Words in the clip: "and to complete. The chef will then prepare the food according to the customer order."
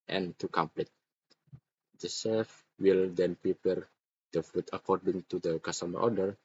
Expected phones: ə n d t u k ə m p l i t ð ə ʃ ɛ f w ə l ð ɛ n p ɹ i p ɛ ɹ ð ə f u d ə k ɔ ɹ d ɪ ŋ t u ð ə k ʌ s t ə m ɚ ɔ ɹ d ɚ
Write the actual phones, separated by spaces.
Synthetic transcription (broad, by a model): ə n t u k ə m p l i t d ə s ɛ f w ə l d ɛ n p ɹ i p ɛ ɹ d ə f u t ə k ɔ ɹ d ɪ ŋ t u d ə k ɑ s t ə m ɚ ɔ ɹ d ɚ